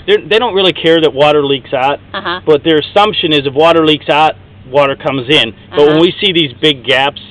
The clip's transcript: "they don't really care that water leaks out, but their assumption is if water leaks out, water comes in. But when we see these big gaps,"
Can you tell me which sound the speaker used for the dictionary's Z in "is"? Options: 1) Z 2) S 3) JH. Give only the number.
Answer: 1